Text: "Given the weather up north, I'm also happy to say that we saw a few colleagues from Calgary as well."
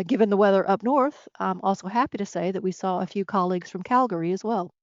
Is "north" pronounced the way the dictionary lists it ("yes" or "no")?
yes